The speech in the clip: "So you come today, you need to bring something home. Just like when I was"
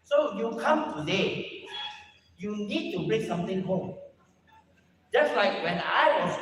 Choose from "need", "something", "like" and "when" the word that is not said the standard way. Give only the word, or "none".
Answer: something